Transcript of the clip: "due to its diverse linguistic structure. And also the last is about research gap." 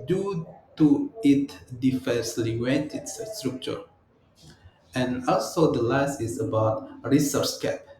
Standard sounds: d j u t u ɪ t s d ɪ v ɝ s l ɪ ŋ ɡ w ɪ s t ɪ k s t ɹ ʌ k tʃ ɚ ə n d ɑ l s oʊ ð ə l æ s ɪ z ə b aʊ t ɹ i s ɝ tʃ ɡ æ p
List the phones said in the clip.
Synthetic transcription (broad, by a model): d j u t u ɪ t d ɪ f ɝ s l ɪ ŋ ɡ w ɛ t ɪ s s t ɹ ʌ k tʃ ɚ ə n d ɑ l s oʊ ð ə l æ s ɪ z ə b aʊ t ɹ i s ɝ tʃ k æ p